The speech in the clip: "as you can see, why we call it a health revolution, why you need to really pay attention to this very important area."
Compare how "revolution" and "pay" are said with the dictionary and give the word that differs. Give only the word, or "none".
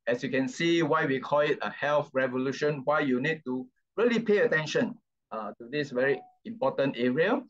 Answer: none